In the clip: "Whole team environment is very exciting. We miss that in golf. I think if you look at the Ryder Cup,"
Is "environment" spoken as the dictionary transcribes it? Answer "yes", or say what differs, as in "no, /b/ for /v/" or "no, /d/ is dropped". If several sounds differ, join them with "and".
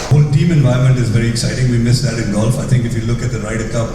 no, /ɹ/ is dropped